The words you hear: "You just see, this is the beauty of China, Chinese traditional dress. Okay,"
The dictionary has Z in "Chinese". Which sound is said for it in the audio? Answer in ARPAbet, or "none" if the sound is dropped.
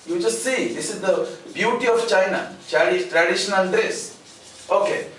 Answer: none